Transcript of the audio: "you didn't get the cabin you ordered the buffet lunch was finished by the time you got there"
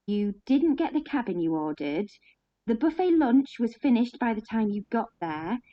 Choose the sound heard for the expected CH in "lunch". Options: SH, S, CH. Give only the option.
CH